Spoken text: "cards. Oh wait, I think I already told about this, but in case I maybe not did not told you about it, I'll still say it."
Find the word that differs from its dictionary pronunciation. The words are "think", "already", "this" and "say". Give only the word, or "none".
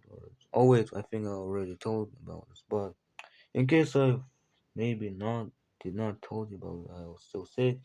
none